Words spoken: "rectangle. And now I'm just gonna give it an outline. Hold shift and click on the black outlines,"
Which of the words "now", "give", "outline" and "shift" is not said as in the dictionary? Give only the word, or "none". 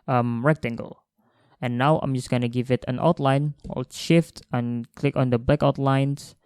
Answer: none